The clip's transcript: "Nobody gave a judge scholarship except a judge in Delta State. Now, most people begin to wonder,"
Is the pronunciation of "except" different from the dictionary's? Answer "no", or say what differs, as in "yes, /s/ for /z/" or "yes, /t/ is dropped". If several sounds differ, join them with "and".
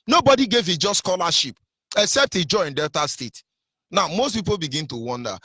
no